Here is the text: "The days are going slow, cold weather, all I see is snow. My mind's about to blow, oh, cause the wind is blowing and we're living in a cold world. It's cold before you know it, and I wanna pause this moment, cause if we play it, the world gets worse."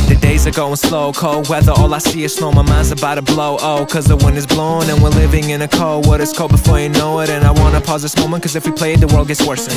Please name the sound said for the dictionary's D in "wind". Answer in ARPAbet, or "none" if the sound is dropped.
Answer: none